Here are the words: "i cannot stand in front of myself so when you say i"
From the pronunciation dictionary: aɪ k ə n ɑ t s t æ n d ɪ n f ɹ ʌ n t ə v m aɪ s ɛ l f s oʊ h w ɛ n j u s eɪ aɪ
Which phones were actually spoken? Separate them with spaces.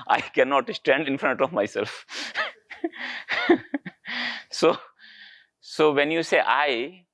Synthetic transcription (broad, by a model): aɪ k ə n ɑ t s t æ n d ɪ n f ɹ ʌ n t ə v m aɪ s ɛ l f s oʊ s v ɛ n j u s eɪ aɪ